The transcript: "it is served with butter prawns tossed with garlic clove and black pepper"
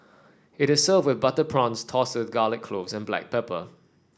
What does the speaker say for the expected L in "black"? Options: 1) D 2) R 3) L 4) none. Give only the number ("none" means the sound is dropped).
3